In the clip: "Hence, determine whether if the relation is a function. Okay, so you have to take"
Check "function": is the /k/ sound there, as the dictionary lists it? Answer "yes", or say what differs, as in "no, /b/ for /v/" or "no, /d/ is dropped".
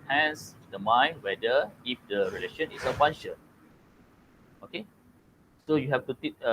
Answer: no, /k/ is dropped